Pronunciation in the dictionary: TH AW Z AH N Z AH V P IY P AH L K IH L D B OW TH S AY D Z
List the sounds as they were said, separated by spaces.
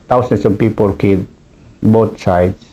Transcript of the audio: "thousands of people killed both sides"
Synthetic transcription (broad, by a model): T AW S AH N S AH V P IY P AH L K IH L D B OW T S AY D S